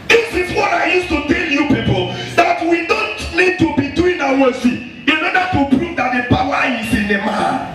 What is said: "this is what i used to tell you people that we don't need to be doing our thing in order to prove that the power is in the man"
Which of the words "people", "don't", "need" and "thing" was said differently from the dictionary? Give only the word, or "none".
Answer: thing